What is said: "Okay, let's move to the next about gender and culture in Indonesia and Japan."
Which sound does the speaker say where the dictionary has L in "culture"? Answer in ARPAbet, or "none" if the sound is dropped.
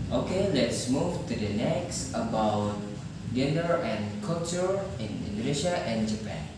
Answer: none